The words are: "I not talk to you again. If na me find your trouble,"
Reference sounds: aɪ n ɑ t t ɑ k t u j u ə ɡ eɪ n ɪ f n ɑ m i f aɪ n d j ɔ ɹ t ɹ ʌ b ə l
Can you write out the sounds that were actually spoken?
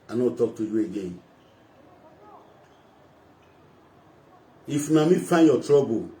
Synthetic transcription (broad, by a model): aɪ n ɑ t t ɑ k t u j u ə ɡ eɪ n ɪ f n ɑ m i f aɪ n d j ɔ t ɹ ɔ b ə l